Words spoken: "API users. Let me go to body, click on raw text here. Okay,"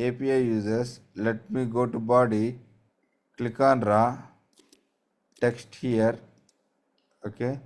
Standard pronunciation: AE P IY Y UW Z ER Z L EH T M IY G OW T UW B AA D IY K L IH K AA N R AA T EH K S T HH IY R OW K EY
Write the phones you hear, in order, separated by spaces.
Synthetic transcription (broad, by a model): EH P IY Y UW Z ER S L EH T M IY G OW T UW B AA D IY K L IH K AA N R AA T EH K S T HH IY R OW K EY